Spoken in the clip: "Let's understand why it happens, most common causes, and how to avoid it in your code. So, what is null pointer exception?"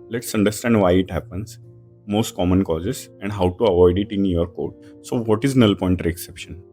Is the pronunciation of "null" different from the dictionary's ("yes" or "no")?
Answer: no